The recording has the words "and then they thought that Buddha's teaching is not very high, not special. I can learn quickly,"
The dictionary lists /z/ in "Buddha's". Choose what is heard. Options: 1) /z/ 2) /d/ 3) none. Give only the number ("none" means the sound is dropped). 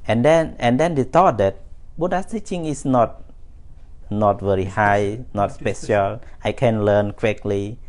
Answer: 3